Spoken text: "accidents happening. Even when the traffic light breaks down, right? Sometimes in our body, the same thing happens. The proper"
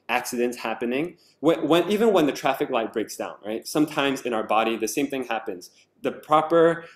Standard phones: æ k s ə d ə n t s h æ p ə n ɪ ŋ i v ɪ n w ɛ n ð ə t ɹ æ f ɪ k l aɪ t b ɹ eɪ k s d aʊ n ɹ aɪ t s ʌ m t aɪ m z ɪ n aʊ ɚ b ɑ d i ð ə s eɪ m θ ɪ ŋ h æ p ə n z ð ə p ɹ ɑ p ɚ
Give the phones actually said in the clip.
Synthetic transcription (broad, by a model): æ k s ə d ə n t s h æ p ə n ɪ ŋ i v ɪ n w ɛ n ð ə t ɹ æ f ɪ k l aɪ t b ɹ eɪ k s d aʊ n ɹ aɪ t s ʌ m t aɪ m z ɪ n aʊ ɚ b ɑ d i ð ə s eɪ m θ ɪ ŋ h æ p ə n z ð ə p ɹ ɑ p ɚ